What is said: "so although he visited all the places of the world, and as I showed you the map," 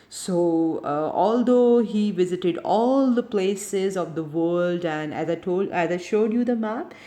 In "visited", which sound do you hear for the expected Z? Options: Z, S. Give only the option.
Z